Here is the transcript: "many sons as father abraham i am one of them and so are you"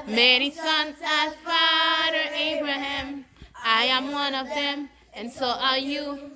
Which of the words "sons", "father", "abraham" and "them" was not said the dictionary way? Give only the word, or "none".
none